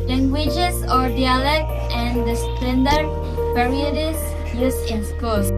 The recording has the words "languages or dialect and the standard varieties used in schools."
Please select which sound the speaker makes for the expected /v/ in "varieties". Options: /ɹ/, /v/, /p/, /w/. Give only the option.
/p/